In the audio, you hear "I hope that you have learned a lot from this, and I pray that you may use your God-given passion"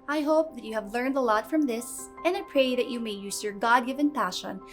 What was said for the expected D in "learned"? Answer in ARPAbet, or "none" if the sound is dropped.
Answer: D